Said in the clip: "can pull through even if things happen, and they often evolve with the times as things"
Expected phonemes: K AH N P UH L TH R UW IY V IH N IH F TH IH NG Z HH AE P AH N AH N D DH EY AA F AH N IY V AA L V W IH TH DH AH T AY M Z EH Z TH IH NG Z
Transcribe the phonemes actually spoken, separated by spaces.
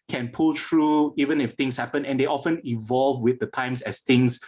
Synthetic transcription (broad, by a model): K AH N P UH L T R UW IY V IH N IH F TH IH NG S HH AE P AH N AH N D EY AA F AH N IY V AA L V W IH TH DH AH T AY M S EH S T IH NG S